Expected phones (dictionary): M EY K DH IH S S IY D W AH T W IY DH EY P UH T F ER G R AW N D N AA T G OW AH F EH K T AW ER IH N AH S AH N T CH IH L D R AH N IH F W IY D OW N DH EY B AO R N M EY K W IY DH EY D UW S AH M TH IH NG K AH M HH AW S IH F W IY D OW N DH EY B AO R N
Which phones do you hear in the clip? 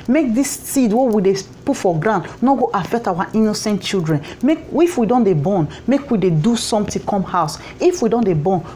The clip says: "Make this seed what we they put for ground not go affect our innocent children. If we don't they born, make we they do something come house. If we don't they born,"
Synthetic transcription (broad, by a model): M EY K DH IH S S IY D W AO W IY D EY P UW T F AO G R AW N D N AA G OW AH F EH K T AW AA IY N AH S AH N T CH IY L D R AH N IH F W IY D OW N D EY B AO N M EY K W IY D EY D UW S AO M T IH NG K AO M HH AW S IH F W IY D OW N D EY B AO N